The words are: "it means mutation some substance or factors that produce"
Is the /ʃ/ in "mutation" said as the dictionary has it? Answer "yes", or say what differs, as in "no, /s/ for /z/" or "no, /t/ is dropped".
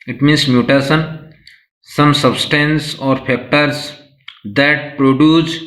no, /s/ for /ʃ/